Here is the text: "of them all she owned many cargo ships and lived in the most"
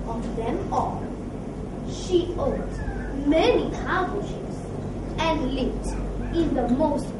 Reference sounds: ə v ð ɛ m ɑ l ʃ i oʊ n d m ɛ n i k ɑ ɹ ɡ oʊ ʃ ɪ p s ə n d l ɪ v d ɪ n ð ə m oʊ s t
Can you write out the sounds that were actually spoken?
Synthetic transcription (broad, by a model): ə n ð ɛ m ɑ l ʃ i oʊ d m ɛ n i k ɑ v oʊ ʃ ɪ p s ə n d l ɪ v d ɪ n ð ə m oʊ s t